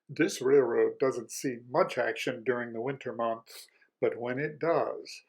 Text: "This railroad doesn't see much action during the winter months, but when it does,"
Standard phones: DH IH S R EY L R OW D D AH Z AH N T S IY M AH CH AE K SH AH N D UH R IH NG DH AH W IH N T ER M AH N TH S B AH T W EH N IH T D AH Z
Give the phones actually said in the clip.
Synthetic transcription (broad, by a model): DH IH S R EY L R OW D D AH Z AH N T S IY M AH CH AE K SH AH N D UH R IH NG DH AH W IH N T ER M AH N TH S B AH T W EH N IH T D AH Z